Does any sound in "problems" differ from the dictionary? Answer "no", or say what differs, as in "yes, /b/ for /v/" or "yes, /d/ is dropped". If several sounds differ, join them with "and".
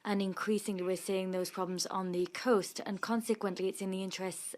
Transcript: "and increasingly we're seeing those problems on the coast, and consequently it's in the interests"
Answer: no